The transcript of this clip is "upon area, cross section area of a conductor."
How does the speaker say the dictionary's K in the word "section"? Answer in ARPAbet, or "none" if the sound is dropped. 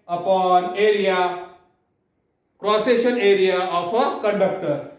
none